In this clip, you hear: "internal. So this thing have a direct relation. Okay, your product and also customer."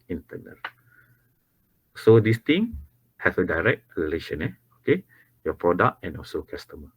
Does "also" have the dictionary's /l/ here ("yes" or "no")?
yes